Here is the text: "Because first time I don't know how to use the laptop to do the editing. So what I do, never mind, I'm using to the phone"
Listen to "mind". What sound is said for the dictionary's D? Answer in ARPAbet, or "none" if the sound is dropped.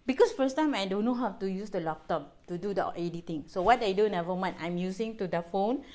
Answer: none